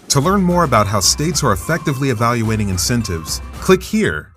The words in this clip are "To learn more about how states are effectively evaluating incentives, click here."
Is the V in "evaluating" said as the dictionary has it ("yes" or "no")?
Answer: yes